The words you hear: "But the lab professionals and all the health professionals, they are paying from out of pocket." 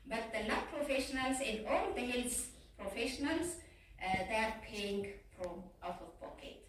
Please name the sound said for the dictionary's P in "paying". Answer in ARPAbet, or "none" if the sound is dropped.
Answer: P